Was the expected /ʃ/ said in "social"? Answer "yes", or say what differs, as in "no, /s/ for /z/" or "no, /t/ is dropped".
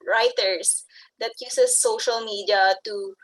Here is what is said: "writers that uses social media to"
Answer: yes